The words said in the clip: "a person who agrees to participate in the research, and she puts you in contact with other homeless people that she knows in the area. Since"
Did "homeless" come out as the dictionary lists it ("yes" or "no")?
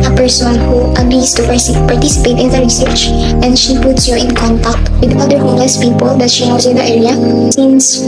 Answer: no